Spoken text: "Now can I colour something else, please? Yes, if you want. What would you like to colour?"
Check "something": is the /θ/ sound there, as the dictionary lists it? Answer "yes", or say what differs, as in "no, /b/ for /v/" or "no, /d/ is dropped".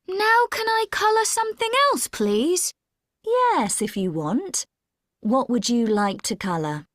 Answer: yes